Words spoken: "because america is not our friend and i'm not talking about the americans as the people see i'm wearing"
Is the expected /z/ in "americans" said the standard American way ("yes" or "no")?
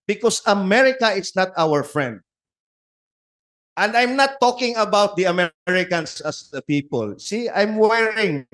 no